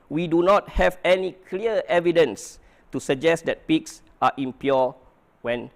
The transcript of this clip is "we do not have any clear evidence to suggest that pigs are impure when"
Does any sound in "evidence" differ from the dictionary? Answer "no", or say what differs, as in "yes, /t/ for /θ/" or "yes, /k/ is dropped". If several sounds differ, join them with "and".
no